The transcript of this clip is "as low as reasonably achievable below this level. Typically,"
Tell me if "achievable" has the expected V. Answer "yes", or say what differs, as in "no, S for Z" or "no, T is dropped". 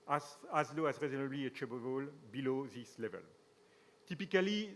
no, B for V